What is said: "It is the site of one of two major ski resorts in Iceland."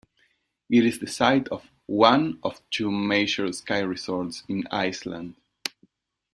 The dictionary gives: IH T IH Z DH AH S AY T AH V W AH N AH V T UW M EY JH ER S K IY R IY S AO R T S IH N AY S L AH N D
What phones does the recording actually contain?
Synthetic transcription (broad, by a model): IH T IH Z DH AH S AY T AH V W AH N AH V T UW M EY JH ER S K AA R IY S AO R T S IH N AY S L AH N D